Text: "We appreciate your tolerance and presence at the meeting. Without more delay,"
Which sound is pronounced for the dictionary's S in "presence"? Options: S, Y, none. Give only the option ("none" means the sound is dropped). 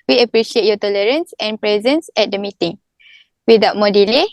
S